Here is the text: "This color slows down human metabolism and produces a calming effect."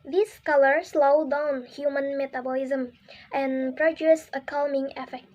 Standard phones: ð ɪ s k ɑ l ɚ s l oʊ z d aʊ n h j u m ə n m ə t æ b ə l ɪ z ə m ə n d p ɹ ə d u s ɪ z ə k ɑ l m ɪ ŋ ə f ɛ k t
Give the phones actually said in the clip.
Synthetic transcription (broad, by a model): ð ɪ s k ɑ l ɚ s l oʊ d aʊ n h j u m ə n m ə t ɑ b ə l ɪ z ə m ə n p ɹ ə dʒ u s ə k ɑ l m ɪ ŋ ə f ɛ k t